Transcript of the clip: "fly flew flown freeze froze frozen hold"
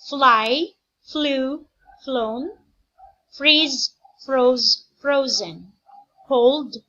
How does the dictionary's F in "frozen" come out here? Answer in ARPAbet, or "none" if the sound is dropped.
F